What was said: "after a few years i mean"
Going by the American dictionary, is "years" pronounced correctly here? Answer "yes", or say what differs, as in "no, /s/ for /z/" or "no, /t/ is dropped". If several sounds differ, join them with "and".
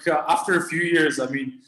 yes